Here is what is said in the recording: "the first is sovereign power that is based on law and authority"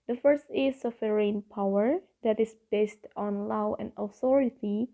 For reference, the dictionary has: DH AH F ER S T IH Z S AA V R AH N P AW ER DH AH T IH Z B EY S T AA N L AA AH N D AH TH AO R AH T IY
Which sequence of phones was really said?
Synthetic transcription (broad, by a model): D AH F ER S T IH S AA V R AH N P AW ER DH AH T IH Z B EY S T AA N L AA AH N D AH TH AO R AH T IY